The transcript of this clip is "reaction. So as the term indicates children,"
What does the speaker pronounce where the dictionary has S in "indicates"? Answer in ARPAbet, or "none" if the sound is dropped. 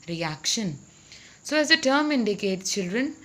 none